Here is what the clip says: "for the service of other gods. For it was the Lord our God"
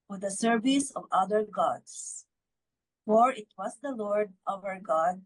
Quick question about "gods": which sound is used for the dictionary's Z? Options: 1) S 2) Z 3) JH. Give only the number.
1